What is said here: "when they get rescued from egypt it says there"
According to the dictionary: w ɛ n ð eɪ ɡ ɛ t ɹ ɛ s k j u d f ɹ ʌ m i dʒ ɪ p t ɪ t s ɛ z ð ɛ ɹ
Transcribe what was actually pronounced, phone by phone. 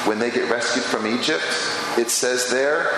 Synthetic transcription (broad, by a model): w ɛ n ð eɪ ɡ ɛ t ɹ ɛ s k j u d f ɹ ʌ m i dʒ ɪ p t ɪ t s ɛ z ð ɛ ɹ